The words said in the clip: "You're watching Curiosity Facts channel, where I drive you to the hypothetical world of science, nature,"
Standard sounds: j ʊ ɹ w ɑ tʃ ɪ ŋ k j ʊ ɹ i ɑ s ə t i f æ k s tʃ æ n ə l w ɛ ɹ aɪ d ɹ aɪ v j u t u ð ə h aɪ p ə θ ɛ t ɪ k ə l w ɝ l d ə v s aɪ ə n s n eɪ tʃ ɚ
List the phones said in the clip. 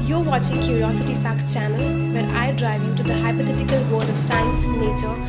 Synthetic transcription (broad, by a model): j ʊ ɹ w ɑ tʃ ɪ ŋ k j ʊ ɹ i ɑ s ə t i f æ k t tʃ æ n ə l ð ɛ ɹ aɪ d ɹ aɪ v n t u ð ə h aɪ p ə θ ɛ t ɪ k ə l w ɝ d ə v s aɪ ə n s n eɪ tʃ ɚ